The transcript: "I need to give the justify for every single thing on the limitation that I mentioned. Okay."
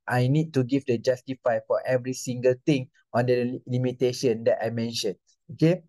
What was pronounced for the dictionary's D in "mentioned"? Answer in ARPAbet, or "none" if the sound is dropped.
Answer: none